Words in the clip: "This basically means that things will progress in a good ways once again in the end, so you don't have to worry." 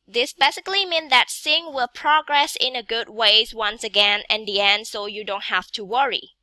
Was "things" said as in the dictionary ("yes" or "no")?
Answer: no